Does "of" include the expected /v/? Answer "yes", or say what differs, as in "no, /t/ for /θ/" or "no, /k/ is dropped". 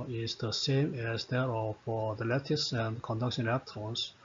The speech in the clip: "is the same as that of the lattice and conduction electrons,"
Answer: no, /f/ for /v/